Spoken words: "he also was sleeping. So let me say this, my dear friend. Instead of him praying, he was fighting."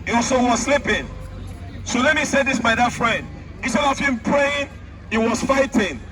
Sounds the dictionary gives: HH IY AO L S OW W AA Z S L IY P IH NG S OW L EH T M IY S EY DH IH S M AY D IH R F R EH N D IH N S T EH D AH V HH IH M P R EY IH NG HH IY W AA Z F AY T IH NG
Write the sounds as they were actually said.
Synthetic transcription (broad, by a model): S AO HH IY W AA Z S L IY P IH NG S OW L EH T M IY S EY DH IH S M AY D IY F R EH N D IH S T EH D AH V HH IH M P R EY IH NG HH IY W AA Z F AY T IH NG